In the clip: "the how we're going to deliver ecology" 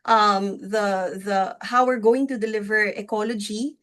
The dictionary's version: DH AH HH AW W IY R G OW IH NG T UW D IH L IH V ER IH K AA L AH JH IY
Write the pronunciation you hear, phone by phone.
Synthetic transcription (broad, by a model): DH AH HH AW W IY R G OW IH NG T UW D IH L IH V ER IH K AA L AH JH IY